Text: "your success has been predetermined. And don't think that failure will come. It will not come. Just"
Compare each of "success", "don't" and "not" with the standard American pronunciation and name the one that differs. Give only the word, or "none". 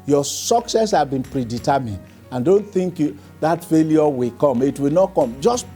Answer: none